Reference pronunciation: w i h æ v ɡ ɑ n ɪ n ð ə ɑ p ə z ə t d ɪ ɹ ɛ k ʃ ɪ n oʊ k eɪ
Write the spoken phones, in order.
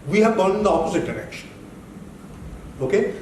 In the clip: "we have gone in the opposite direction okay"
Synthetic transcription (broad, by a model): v i h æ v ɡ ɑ l ɪ n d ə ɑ p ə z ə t d ɪ ɹ ɛ k ʃ ɪ n oʊ k eɪ